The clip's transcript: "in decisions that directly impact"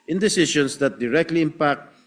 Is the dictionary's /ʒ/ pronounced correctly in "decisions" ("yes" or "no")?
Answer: no